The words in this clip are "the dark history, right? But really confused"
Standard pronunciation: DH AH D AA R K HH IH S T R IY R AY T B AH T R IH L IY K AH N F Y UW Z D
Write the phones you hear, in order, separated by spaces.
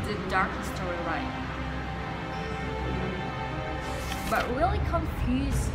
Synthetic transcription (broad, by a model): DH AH D AA R K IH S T IY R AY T B AH T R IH L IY K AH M F Y UW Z